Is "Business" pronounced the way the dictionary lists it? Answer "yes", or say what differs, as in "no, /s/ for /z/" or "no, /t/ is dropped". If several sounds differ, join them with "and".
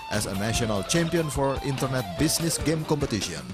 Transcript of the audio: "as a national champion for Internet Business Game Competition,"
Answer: no, /s/ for /z/